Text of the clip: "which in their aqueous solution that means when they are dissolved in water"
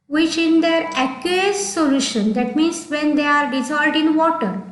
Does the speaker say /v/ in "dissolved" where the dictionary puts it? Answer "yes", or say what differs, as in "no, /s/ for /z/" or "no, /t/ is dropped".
no, /v/ is dropped